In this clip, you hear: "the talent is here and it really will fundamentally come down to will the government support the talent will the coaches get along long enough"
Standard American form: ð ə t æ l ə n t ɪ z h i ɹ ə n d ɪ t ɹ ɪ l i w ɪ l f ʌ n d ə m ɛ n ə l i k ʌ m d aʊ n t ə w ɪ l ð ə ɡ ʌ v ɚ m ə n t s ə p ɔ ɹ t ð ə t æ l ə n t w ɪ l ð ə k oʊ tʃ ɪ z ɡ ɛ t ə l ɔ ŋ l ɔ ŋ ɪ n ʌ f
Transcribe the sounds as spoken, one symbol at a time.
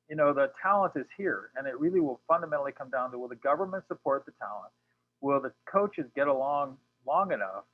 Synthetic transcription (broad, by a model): ð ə t æ l ə n t ɪ z h i ɹ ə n ɪ t ɹ ɪ l i w ɪ l f ʌ n d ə m ɛ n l i k ʌ m d aʊ n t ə w ɪ l ð ə ɡ ʌ v ɚ m ə n t s ə p ɔ ɹ t ð ə t æ l ə n t w ɪ l ð ə k oʊ tʃ ɪ z ɡ ɛ t ə l ɔ ŋ l ɔ ŋ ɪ n ʌ f